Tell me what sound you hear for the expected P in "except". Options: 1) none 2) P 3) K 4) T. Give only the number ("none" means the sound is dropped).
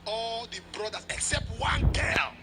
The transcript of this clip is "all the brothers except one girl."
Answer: 2